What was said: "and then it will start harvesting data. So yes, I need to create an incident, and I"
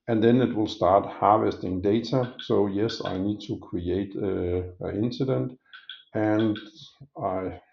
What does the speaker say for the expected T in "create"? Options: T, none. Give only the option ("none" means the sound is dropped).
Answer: none